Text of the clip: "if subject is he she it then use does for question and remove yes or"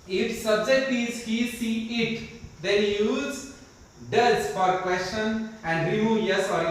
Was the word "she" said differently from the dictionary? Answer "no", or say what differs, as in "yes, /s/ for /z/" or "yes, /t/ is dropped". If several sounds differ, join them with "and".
yes, /s/ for /ʃ/